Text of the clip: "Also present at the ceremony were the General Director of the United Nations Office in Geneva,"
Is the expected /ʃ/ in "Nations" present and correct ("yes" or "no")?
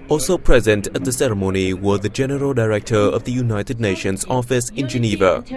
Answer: yes